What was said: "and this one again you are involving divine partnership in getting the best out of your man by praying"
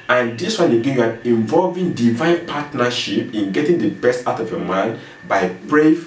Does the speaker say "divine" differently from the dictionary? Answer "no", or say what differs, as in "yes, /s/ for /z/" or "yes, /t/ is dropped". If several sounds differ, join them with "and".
no